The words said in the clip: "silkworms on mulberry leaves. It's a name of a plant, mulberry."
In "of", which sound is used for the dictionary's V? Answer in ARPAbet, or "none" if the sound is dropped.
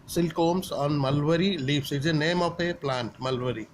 P